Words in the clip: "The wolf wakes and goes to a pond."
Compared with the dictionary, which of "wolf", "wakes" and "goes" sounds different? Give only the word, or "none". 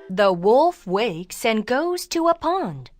none